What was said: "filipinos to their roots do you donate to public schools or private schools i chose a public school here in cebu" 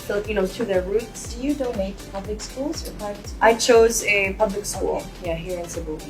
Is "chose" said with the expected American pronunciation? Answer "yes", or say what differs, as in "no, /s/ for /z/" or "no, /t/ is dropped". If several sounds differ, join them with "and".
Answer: yes